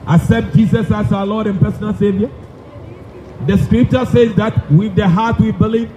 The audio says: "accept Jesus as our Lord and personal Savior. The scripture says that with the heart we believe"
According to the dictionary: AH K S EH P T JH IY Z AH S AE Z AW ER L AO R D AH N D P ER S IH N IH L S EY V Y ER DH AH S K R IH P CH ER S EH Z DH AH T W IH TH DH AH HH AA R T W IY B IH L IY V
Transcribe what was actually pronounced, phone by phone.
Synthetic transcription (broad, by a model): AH S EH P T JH IY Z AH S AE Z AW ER L AO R D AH N P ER S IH N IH L S EY V Y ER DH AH S K R IH P CH ER S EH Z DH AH T W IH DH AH HH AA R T W IY B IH L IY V